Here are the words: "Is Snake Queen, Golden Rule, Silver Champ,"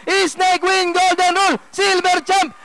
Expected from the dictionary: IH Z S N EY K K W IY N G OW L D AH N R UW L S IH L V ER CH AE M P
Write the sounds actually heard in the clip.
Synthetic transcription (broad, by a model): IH S N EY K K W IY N G OW L D AH N R UW L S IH L B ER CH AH M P